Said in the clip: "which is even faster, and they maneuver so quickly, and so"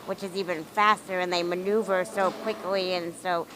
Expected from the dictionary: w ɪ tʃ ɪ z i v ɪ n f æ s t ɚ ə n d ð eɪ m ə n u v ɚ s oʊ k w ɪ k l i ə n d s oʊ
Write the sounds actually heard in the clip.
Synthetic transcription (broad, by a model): w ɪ tʃ ɪ z i v ɪ n f æ s t ɚ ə n ð eɪ m ə n u v ɚ s oʊ k w ɪ k l i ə n s oʊ